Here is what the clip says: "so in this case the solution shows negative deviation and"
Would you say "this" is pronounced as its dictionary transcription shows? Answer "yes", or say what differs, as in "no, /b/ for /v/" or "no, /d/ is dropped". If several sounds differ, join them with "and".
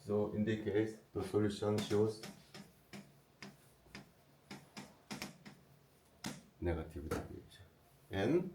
no, /s/ is dropped